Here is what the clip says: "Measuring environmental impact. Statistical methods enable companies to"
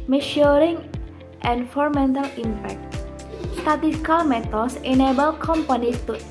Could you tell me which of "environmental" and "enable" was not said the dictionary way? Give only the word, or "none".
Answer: environmental